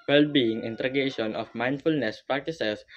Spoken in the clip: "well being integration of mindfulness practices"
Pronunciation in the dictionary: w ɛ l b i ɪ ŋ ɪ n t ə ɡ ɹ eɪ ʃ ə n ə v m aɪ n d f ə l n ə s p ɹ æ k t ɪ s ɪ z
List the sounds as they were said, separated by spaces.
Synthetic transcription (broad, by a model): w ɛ l b i ɪ ŋ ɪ n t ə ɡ eɪ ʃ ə n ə f m aɪ n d f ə l n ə s p ɹ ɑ k t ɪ s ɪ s